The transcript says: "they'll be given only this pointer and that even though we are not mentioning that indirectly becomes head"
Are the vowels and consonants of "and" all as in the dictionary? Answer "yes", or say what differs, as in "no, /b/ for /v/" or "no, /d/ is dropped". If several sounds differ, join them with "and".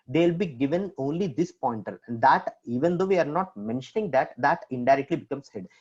no, /l/ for /n/